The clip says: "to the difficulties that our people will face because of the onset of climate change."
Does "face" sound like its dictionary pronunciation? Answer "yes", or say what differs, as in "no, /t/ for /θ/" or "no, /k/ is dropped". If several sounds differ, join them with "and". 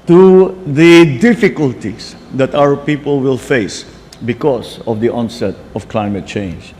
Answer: yes